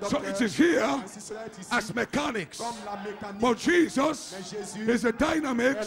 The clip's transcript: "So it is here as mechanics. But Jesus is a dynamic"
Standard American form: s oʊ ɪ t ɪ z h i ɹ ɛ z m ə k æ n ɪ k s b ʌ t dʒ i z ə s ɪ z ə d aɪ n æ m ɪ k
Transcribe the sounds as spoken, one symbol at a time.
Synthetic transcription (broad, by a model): s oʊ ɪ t ɪ z h i ɹ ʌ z m ə k æ n ɪ k s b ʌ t dʒ i z ə s ɪ z ə d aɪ n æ m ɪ k